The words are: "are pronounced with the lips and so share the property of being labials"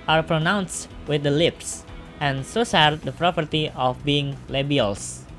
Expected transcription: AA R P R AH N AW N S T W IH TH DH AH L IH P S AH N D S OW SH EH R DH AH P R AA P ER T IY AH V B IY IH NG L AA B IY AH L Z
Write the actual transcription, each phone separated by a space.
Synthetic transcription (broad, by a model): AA R P R AH N AW N S T W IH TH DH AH L IH P S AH N S OW S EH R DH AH P R AA P ER T IY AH F B IY IH NG L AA B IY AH L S